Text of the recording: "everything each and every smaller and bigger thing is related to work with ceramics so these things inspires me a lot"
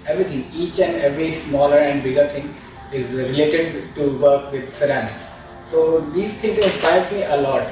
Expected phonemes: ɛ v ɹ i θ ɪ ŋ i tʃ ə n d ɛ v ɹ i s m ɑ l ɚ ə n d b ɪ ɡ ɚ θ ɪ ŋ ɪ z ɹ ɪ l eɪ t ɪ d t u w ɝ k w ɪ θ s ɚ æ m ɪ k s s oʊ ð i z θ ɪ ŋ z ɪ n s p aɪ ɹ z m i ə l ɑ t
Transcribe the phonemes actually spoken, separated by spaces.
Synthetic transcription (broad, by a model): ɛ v ɹ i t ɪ ŋ i tʃ ə n d ɛ v ɹ i s m ɑ l ɚ ə n d b ɪ ɡ ɚ t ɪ ŋ ɪ z ɹ ɪ l eɪ t ɪ d t u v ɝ k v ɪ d s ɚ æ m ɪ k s s oʊ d i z t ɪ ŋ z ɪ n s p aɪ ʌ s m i ə l ɑ t